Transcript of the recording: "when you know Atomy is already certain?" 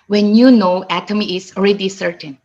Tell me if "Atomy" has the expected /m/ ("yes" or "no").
yes